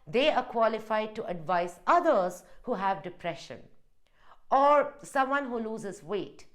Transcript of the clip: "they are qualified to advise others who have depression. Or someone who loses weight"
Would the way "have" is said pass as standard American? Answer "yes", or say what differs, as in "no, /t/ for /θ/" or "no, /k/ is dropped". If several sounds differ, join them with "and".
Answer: yes